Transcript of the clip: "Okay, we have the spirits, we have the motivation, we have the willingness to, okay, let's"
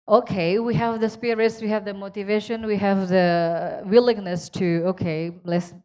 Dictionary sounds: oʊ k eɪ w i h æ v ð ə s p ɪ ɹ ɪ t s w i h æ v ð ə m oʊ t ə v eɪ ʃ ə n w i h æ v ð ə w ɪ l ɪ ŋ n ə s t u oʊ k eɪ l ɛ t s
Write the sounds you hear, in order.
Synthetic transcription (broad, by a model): oʊ k eɪ w i h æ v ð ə s p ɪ ɹ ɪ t s w i h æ v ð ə m oʊ t ə v eɪ ʃ ə n w i h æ v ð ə w ɪ l ɪ ŋ n ə s t u oʊ k eɪ l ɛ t s